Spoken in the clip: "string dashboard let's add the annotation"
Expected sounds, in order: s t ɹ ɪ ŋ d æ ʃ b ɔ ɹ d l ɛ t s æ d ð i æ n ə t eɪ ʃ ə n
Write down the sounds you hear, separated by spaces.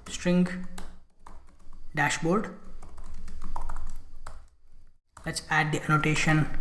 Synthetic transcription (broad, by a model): s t ɹ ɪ ŋ d æ ʃ b ɔ ɹ d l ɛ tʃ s æ d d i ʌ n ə t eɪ ʃ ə n